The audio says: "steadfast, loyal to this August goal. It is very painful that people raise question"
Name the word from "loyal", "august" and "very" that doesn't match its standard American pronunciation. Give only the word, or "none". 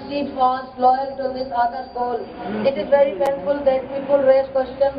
august